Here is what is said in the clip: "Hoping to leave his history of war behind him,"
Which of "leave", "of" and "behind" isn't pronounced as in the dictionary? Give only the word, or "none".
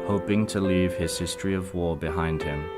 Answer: none